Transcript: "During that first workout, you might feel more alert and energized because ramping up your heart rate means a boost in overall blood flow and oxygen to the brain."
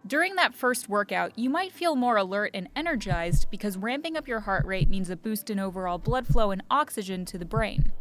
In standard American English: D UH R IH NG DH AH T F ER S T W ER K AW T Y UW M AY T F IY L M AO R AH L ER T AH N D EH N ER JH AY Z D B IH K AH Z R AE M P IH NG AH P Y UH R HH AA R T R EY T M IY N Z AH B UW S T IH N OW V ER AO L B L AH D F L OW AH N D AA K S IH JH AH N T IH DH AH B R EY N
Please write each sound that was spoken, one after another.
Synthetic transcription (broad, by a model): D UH R IH NG DH AH T F ER S T W ER K AW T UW M AY T F IY L M AO R AH L ER T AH N EH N ER JH AY Z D B IH K AH Z R AE M P IH NG AH P Y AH R HH AA R T R EY T M IY N Z AH B UW S T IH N OW V ER AO L B L AH D F L OW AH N AA K S IH JH AH N T IH DH AH B R EY N